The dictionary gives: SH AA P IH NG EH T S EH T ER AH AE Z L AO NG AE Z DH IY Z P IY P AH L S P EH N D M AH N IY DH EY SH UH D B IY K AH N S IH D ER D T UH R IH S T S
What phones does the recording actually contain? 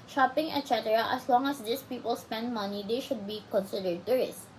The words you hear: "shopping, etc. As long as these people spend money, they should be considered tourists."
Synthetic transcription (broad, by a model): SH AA P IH NG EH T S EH T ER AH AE S L AO NG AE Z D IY S P IY P AH L S P EH N D M AH N IY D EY SH UH D B IY K AH N S IH D ER D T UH R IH S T